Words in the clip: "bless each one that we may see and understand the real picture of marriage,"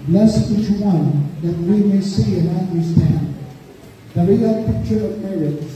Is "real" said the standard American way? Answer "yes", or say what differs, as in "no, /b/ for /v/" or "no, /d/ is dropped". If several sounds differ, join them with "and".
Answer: no, /w/ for /ɹ/